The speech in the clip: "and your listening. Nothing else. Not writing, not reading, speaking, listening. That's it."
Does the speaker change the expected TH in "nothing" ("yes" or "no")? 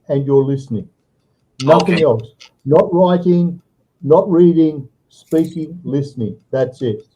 no